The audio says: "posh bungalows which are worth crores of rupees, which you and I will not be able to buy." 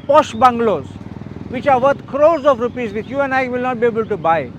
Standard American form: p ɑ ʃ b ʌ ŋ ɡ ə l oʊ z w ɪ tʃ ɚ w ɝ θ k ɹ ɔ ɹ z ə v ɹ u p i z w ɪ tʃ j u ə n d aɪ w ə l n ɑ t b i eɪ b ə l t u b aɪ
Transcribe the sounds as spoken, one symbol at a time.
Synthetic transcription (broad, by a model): p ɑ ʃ b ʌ ŋ ɡ l oʊ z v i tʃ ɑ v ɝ t k ɹ ɔ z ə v ɹ u p i z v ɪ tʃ j u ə n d aɪ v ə l n ɑ t b i eɪ b ə l t u b aɪ